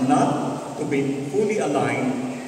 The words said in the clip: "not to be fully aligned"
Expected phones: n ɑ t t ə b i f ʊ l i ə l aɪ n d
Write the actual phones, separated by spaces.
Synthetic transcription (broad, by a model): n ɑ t t ə b i p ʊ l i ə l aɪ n